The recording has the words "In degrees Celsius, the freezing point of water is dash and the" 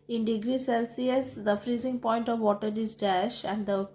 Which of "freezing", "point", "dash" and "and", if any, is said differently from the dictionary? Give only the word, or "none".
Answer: none